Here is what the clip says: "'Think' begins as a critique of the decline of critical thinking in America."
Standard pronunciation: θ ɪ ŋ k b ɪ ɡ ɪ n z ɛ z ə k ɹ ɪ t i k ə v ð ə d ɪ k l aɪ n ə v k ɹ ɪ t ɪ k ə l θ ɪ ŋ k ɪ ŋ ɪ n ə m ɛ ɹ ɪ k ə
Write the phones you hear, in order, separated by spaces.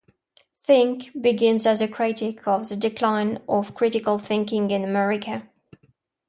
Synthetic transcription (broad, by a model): θ ɪ ŋ k b ɪ ɡ ɪ n z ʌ z ə k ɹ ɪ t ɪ k ə v ð ə d ɪ k l aɪ n ə v k ɹ ɪ t ɪ k ə l θ ɪ ŋ k ɪ ŋ ɪ n ə m ɛ ɹ ɪ k ə